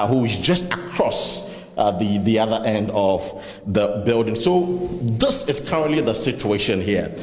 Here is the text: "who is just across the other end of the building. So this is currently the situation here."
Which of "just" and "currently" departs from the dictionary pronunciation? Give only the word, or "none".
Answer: none